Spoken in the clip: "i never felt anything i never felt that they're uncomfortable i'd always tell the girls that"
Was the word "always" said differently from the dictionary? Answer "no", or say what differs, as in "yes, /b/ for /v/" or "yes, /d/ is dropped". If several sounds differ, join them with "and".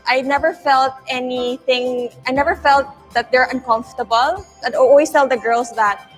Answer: yes, /s/ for /z/